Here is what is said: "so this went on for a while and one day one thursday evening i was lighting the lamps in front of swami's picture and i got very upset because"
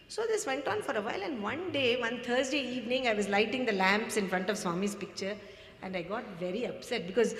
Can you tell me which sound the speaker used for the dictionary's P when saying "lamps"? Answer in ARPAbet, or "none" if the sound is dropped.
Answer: P